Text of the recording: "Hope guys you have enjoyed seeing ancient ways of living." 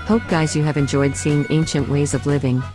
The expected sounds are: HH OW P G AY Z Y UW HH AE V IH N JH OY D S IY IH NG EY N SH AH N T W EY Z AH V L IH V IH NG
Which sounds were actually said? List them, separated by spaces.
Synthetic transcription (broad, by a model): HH OW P G AY Z Y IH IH V IH N JH OY D S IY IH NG EY N SH AH N T W EY Z AH V L IH V IH NG